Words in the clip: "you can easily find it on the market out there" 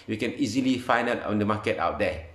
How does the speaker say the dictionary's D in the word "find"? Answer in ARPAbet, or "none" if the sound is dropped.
none